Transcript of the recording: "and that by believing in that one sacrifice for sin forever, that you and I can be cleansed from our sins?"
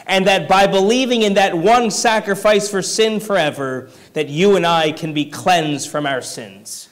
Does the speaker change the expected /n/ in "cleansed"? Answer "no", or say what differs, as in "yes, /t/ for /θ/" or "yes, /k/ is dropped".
no